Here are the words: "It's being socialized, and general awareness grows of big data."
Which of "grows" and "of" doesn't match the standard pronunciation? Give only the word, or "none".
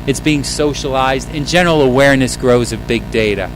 none